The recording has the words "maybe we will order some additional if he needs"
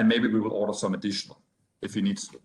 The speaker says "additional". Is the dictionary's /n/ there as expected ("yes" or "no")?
yes